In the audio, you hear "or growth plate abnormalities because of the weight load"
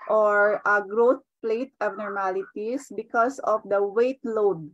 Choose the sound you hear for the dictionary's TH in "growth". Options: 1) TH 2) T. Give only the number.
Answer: 2